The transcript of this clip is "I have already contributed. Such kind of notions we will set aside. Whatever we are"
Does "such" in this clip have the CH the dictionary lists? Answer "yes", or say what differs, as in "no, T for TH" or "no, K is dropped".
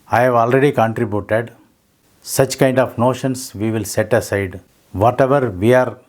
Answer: yes